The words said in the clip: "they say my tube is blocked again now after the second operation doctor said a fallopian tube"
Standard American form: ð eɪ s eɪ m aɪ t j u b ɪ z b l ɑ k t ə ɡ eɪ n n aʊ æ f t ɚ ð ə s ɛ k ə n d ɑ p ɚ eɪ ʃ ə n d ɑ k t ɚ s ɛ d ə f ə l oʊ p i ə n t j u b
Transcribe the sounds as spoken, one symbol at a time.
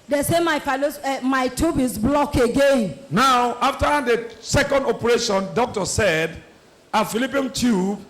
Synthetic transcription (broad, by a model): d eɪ s eɪ m aɪ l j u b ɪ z b l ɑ k ə ɡ eɪ n n aʊ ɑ f t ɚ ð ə s ɛ k ə n d ɑ p ɚ eɪ ʃ ə n d ɑ k t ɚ s ɛ d ə f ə l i p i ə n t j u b